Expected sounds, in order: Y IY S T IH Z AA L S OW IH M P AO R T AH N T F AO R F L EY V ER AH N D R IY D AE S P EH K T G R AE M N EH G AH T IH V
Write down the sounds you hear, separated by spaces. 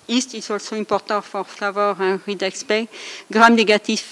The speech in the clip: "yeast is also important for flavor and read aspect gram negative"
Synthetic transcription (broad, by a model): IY S T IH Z AA L S OW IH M P AO R T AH T F AO R F L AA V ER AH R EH R IY D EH S P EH G R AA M N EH G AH T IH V